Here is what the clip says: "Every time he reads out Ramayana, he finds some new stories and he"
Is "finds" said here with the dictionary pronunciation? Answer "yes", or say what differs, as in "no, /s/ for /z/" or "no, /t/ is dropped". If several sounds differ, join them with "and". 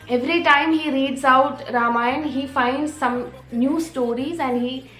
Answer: yes